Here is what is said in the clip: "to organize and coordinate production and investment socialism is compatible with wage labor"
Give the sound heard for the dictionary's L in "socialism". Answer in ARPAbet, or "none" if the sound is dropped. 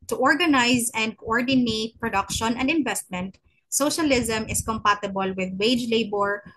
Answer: L